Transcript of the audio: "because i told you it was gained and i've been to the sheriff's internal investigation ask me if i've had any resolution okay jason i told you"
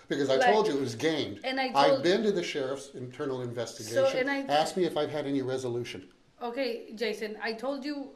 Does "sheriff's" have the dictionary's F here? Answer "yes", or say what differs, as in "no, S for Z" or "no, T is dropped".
yes